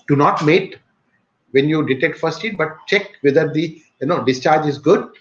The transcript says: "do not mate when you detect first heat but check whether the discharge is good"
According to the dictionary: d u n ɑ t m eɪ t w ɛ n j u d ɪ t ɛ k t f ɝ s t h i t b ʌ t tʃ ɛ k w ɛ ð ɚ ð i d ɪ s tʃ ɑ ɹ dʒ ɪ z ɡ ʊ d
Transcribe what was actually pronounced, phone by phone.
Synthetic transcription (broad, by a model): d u n ɑ t m eɪ t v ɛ n j u d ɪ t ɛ t f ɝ s t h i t b ʌ t tʃ ɛ k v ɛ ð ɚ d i d ɪ s tʃ ɑ ɹ dʒ ɪ z ɡ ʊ d